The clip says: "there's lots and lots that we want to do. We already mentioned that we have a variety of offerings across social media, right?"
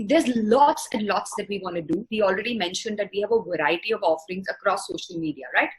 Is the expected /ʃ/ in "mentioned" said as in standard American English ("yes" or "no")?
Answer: yes